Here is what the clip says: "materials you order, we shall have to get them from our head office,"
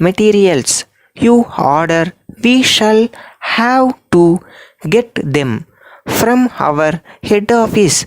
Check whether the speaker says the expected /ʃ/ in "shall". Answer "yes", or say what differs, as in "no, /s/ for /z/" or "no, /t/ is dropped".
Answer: yes